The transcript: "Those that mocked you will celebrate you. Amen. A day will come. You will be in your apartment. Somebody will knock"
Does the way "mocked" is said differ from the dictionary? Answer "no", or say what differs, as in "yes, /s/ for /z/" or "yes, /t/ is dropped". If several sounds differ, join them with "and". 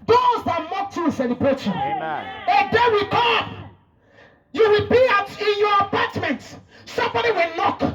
yes, /k/ is dropped